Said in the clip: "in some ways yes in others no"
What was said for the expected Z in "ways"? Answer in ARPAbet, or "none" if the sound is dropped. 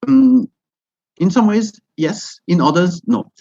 Z